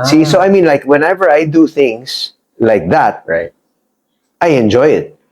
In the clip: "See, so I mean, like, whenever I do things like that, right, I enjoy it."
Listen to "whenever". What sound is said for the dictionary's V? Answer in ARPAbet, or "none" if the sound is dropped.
V